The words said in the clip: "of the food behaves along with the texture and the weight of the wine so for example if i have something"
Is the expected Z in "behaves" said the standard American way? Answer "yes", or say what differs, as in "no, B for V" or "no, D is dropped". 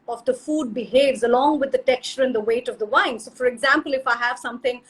yes